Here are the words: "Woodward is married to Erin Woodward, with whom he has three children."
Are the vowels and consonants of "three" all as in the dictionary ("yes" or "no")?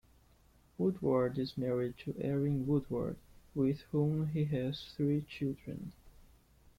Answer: yes